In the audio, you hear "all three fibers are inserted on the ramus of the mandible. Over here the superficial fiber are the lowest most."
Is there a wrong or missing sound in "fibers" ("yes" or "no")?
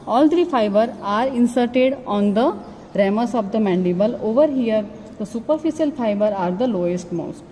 yes